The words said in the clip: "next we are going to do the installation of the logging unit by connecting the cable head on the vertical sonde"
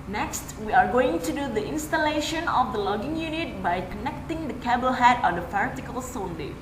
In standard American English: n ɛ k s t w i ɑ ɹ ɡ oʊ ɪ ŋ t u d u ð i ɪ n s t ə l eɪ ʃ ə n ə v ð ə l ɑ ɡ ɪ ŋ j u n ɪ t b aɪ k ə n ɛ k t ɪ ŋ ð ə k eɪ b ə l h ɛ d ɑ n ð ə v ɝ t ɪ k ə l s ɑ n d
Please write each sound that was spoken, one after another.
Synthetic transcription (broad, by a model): n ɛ k s t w i ɑ ɹ ɡ oʊ ɪ ŋ t u d u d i ɪ n s t ə l eɪ ʃ ə n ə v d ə l ɑ ɡ ɪ ŋ j u n ɪ t b aɪ k ə n ɛ k t ɪ ŋ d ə k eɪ b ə l h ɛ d ɑ n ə f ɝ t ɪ k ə l s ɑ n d